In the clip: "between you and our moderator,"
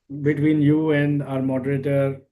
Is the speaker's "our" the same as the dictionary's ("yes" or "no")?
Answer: yes